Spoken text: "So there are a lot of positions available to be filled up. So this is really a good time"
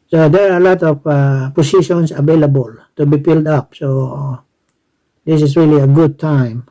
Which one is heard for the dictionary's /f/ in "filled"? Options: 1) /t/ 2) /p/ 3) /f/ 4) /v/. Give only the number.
2